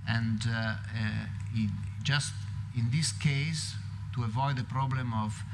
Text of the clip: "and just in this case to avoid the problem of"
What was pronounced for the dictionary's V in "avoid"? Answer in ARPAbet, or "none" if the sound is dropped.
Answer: V